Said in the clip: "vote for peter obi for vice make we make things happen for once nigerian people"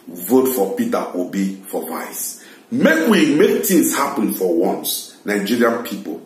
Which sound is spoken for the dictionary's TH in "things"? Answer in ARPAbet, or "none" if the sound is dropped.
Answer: T